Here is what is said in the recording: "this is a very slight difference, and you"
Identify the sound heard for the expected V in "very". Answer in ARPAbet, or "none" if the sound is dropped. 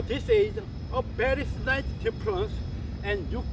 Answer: B